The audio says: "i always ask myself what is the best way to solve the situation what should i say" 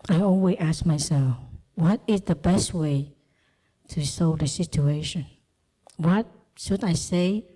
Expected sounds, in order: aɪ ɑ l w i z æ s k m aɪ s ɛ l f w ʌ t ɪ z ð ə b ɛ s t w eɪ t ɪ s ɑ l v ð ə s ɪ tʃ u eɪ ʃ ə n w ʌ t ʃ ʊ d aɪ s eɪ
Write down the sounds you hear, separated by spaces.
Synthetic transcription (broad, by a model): aɪ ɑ n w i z æ s k m aɪ s ɛ l f w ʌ t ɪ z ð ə b ɛ s t w eɪ t ɪ s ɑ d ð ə s ɪ tʃ u eɪ ʃ ə n w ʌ t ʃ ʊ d aɪ s eɪ